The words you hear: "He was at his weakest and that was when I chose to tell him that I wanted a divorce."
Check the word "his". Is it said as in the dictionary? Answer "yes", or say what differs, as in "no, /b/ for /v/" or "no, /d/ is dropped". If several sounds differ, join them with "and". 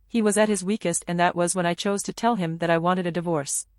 yes